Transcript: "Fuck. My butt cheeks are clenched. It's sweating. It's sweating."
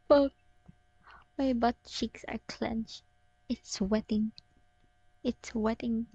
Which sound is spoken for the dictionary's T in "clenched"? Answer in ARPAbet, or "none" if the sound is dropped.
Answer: none